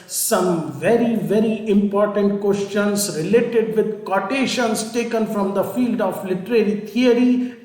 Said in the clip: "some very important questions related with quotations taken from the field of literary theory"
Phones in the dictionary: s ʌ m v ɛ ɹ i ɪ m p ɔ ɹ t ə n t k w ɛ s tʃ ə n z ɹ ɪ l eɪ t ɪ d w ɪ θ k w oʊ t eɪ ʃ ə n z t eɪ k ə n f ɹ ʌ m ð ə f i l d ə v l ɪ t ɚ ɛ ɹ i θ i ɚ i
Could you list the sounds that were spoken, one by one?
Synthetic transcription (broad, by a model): s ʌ m v ɛ ɹ i ɪ m p ɔ ɹ t ə n t k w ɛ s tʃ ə n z ɹ ɪ l eɪ t ɪ d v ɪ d k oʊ t eɪ ʃ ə n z t eɪ k ə n f ɹ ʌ m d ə f i l d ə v l ɪ t ɚ ɛ ɹ i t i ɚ i